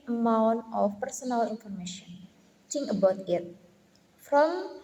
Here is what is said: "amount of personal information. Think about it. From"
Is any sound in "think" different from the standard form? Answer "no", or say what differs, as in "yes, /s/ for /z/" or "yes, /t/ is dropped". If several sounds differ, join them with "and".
yes, /k/ is dropped